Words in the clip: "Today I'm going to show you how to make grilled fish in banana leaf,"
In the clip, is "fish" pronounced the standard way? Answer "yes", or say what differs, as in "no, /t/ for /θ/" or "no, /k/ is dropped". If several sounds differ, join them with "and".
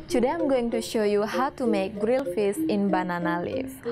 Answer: no, /s/ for /ʃ/